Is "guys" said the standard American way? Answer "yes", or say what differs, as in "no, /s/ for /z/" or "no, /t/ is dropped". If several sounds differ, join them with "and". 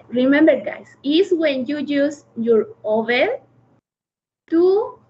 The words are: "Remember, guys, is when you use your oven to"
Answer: no, /s/ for /z/